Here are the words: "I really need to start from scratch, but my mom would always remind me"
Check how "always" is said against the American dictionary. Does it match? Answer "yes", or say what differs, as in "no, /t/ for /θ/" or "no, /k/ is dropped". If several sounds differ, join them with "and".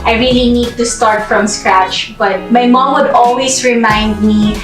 no, /s/ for /z/